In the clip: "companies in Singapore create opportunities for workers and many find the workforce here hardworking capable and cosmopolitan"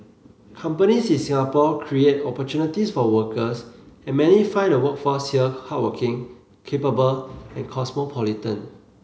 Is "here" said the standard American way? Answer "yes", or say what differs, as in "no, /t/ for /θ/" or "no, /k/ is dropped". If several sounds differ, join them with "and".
no, /l/ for /ɹ/